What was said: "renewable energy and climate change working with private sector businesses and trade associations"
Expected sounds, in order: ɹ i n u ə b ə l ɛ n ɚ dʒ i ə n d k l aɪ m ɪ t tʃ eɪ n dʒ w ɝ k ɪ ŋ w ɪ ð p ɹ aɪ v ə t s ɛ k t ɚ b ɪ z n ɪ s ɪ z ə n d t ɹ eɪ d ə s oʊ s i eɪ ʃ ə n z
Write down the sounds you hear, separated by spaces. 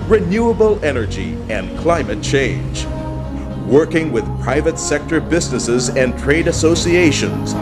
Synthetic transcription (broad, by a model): ɹ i n u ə b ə l ɛ n ɚ dʒ i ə n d k l aɪ m ɪ t tʃ eɪ n dʒ w ɝ k ɪ ŋ w ɪ ð p ɹ aɪ v ə t s ɛ k t ɚ b ɪ z n ɪ s ɪ z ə n t ɹ eɪ d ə s oʊ s i eɪ ʃ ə n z